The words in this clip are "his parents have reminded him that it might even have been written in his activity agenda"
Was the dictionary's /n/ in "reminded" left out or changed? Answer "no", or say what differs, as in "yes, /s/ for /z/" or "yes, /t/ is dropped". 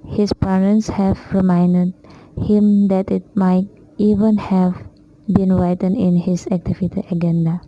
no